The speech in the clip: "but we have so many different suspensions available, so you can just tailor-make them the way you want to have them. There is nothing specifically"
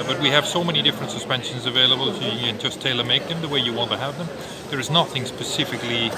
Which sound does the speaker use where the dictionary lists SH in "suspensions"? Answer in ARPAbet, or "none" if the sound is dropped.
SH